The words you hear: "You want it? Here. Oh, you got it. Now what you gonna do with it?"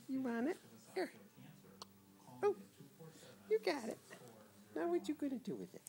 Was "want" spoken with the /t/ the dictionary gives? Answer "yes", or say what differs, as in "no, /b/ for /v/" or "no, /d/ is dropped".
no, /t/ is dropped